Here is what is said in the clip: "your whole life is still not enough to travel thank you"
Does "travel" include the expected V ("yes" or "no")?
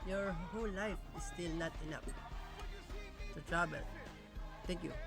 no